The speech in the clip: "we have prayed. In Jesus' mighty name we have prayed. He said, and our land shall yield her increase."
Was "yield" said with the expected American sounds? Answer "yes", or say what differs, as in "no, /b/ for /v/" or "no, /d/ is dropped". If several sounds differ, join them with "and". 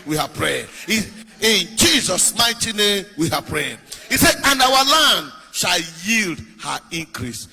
yes